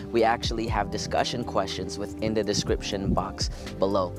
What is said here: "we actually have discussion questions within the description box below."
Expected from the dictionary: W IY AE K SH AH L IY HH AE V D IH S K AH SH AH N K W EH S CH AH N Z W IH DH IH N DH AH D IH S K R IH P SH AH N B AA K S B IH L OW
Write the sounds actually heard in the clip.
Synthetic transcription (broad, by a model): W IY AE K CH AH L IY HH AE V D IH S K AH SH AH N K W EH S CH AH N Z W IH DH IH N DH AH D IH S K R IH P SH AH N B AA K S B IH L OW